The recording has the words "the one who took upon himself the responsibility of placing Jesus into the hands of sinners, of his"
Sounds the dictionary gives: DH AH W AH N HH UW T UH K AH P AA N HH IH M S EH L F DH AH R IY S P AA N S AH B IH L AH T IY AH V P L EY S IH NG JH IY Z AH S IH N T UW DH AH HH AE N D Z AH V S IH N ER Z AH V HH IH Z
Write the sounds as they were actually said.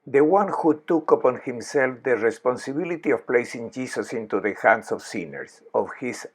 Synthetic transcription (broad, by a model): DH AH W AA N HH UW T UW K AH P AA N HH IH M S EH L F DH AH R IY S P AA N S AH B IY L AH T IY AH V P L EY S IH NG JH IY S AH S IH N T UW DH AH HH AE N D S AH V S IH N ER S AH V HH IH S